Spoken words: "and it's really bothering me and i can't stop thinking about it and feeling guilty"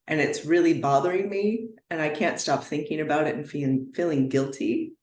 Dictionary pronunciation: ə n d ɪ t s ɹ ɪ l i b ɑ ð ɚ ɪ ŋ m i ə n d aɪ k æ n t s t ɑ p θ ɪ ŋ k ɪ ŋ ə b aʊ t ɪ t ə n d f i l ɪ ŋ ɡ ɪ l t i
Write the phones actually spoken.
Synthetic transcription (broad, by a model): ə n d ɪ t s ɹ ɪ l i b ɑ ð ɚ ɪ ŋ m i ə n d aɪ k æ n t s t ɑ p θ ɪ ŋ k ɪ ŋ ə b aʊ t ɪ t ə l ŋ f i l ɪ ŋ ɡ ɪ l t i